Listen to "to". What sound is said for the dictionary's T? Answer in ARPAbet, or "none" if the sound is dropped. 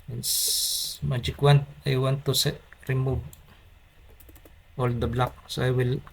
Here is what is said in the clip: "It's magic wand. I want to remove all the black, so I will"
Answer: S